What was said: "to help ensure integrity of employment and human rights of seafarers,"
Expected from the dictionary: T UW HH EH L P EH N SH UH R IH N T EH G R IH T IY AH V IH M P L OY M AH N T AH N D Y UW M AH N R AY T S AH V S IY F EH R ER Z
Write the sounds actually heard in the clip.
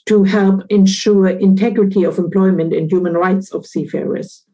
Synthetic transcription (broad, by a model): T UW HH EH L P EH N SH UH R IH N T EH G R IH T IY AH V IH M P L OY M AH N T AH N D Y UW M AH N R AY T S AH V S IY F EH R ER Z